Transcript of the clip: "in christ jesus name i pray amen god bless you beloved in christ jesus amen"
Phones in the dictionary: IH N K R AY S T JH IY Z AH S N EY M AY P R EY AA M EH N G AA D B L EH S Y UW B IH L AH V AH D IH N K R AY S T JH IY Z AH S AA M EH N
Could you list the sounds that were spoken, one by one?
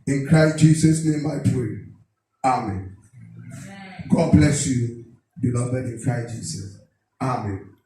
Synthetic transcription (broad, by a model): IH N K R AY S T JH IY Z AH S N EY M AY P R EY AA M EH N G AA D B L EH S Y UW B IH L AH B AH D IH N K R AY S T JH IY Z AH S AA M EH N